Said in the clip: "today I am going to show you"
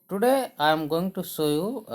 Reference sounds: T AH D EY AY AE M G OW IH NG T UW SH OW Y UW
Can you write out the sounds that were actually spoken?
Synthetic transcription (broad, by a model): T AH D EY AY M G OW IH NG T UW S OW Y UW